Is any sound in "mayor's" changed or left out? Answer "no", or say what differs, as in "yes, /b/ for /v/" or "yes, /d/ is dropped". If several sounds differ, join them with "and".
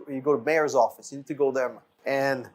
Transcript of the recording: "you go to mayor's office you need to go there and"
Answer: no